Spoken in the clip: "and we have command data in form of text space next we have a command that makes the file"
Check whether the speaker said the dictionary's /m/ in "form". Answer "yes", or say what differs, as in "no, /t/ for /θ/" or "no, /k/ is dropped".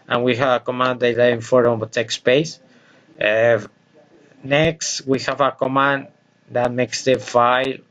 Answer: no, /m/ is dropped